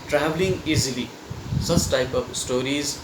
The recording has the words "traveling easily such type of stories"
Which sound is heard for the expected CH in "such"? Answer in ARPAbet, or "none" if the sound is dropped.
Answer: S